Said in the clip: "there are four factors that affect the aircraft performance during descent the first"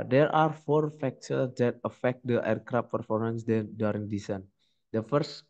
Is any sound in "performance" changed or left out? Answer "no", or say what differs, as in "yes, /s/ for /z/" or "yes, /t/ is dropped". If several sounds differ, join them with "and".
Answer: no